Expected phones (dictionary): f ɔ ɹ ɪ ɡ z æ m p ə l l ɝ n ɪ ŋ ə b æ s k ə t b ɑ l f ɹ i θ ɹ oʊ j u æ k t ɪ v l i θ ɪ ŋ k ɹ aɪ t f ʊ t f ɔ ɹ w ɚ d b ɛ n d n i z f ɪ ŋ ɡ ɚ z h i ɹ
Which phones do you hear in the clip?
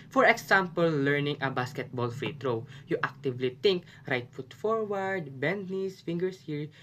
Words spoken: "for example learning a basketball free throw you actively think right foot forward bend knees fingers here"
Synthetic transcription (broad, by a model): f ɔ ɹ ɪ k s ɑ m p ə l l ɝ n ɪ ŋ ə b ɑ s k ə t b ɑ l f ɹ i t ɹ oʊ j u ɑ k t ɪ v l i t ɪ ŋ k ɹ aɪ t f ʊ t f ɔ ɹ w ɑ d b ɛ n d n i s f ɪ ŋ ɡ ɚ s h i ɹ